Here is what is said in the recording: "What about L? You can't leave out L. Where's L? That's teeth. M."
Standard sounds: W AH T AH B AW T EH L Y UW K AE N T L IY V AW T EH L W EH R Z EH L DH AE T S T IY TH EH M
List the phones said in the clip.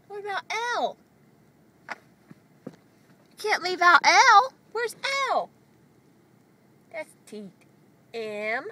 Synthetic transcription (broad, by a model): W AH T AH UH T EH L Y K AE N T L IY V AW T EH L W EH R Z EH L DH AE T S T IY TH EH M